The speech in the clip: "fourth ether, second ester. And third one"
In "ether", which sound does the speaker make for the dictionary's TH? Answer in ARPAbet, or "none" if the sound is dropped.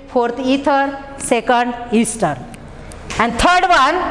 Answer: T